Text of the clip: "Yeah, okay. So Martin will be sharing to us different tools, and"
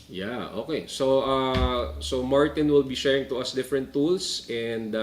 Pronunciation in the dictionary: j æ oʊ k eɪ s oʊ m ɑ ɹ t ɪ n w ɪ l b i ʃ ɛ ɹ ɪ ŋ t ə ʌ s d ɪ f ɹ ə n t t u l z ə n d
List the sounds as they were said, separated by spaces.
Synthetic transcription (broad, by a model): j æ oʊ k eɪ s oʊ m ɑ ɹ t ɪ n w ɪ l b i ʃ ɛ ɹ ɪ ŋ t ə ʌ s d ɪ f ɹ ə n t t u l s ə n d